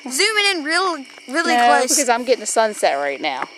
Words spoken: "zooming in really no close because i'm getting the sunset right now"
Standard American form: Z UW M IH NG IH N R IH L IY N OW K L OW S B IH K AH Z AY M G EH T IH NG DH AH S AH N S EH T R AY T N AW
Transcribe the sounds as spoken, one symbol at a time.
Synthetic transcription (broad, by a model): Z UW M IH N IH N R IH L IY L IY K OW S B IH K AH Z AY M G EH T IH NG DH AH S AH N S EH T R AY T N AW